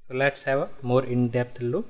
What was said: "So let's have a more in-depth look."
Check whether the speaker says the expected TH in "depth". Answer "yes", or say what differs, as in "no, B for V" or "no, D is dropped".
no, T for TH